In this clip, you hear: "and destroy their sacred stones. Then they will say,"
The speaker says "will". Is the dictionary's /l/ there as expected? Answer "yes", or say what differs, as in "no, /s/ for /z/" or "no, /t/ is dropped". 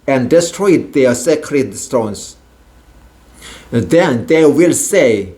yes